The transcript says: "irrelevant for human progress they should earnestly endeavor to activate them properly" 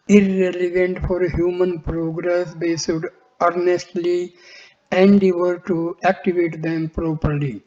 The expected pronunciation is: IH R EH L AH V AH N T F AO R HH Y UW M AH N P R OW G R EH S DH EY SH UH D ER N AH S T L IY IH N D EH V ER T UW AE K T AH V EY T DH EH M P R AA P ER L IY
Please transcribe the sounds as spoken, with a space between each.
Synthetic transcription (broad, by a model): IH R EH L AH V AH N T F AO R HH Y UW M AH N P R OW G R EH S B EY S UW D ER N AH S T L IY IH N D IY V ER T UW AE K T AH V EY T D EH M P R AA P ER L IY